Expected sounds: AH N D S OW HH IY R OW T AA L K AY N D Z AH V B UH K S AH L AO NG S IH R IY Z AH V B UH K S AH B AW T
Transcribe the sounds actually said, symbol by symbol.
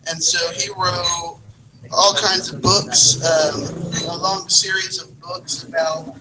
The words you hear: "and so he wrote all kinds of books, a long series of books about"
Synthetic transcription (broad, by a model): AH N S OW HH IY R OW T AA L K AY N D Z AH V B UH K S AH L AO NG S IH R IY Z AH V B UH K S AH B AW T